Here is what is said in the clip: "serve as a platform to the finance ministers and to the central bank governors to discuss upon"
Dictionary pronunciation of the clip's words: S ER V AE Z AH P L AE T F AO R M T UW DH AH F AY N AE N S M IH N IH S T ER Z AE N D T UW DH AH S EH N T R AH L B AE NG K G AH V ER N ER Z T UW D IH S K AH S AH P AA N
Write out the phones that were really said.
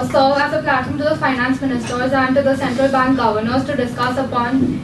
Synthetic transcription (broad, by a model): S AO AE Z AH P L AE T IH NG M T UW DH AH F AY N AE N S M IH N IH S T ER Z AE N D T UW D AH S EH N T R AH L B AE NG K G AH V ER N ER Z T UW D IH S K AH S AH P AA N